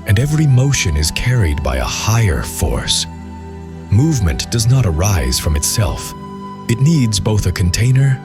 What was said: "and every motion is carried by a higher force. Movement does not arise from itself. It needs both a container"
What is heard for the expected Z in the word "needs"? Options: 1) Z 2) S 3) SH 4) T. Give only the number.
1